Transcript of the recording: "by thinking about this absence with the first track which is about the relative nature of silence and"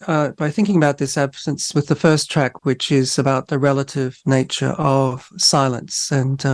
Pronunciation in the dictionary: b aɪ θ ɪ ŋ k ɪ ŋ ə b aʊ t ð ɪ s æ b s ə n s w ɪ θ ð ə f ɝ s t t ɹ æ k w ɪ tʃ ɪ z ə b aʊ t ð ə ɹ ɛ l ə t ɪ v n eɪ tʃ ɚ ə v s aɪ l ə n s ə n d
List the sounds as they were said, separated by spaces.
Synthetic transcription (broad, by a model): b aɪ θ ɪ ŋ k ɪ ŋ ə b aʊ t ð ɪ s æ b s ə n s w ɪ ð ə f ɝ s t t ɹ æ k w ɪ tʃ ɪ z ə b aʊ t ð ə ɹ ɛ l ə t ɪ v n eɪ tʃ ɚ ə v s aɪ l ə n s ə n